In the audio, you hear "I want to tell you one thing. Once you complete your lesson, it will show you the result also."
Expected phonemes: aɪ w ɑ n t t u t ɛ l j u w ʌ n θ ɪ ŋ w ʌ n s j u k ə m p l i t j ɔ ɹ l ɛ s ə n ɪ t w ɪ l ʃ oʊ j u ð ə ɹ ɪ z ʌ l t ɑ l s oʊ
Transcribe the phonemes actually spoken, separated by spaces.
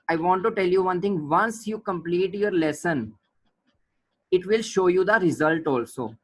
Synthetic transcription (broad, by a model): aɪ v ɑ n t t u t ɛ l j u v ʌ n t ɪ ŋ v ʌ n s j u k ə m p l i t j ɔ ɹ l ɛ s ə n ɪ t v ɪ l ʃ oʊ j u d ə ɹ ɪ z ʌ l t ɑ l s oʊ